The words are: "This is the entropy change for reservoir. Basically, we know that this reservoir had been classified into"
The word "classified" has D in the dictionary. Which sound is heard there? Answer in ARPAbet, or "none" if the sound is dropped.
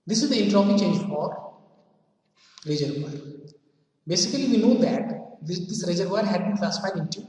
none